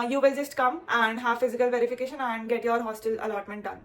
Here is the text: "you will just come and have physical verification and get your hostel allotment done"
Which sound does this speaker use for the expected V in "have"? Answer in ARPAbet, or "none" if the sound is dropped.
V